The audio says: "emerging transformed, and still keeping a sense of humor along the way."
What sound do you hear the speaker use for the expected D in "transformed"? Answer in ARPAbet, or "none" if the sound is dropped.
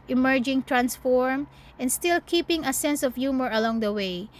none